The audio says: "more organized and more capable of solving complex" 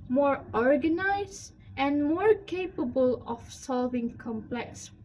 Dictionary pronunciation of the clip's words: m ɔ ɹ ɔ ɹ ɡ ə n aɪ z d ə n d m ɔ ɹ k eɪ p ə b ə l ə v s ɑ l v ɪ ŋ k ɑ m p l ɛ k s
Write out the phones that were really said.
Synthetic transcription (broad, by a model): m ɔ ɹ ɔ ɹ ɡ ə n aɪ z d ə n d m ɔ ɹ k eɪ p ə b ə l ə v s ɑ l v ɪ ŋ k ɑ m p l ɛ k s